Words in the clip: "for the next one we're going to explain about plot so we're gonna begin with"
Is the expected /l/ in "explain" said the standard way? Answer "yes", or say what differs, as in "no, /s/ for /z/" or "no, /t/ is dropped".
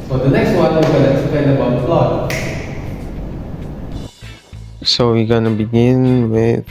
no, /l/ is dropped